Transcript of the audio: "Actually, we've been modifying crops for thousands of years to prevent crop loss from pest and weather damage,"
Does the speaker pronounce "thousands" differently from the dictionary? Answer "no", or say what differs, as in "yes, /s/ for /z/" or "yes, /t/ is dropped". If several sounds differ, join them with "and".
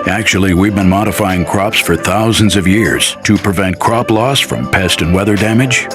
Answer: no